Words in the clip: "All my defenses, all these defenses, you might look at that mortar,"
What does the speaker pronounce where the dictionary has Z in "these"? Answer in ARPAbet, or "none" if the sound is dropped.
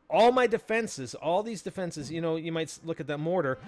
Z